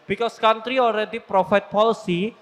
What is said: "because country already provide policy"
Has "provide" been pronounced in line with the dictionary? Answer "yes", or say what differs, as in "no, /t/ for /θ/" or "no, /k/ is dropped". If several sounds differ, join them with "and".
no, /f/ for /v/